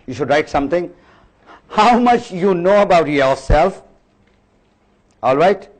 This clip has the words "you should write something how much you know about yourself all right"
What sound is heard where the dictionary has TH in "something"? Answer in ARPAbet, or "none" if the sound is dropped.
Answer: T